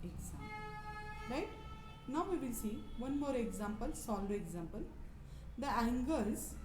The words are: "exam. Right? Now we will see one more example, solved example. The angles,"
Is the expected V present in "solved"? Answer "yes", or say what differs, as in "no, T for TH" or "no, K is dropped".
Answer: no, V is dropped